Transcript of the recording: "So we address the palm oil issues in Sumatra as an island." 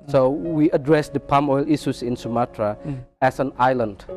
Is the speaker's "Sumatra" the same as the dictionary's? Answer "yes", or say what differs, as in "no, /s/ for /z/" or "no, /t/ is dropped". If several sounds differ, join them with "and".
yes